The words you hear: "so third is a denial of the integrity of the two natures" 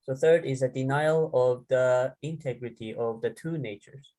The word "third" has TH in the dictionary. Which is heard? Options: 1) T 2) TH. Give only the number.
2